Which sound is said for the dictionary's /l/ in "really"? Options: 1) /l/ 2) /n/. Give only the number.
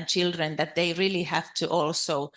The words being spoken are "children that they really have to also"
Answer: 1